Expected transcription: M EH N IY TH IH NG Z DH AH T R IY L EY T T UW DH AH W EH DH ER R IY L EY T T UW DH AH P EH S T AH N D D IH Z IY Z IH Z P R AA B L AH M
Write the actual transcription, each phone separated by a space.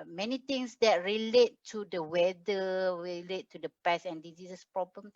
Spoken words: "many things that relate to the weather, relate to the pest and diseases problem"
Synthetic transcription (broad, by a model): M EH N IY T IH NG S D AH T R IY L EY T T UW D AH W EH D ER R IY L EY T T UW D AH P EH S AH N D D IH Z IY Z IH S P R AA B L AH M